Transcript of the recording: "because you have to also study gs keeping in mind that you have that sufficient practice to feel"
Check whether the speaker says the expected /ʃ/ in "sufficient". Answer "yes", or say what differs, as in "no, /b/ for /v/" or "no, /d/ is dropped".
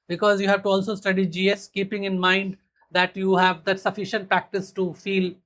yes